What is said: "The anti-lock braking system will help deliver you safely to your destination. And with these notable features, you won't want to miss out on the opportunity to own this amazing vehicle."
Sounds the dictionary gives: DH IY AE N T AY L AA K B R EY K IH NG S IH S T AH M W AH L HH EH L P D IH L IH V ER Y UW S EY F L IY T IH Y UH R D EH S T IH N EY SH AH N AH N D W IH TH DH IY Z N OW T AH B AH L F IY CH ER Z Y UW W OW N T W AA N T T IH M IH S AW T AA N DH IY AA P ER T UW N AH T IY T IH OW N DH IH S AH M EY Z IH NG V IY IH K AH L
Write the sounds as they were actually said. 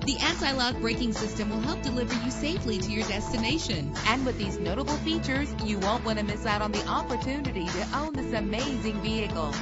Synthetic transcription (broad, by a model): DH IY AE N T AY L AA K B R EY K IH NG S IH S T AH M W AH L HH EH L P D IH L IH V ER Y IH S EY F L IY T IH Y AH R D EH S T IH N EY SH AH N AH N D W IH DH IY Z N OW T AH B L F IY CH ER Z Y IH W OW N T W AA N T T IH M IH S AW T N DH IY AA P ER T UW N AH T IY T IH OW N DH IH S AH M EY Z IH NG V IY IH K L